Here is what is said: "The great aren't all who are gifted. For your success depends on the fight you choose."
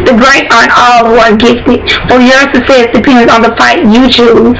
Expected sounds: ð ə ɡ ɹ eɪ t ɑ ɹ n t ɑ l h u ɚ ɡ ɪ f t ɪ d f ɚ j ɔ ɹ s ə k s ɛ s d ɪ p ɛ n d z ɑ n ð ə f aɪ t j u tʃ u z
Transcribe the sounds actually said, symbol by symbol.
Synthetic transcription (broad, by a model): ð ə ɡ ɹ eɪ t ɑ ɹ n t ɑ l h u ɚ ɡ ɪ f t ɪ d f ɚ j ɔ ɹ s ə s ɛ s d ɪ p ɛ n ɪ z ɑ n ð ə f aɪ t j u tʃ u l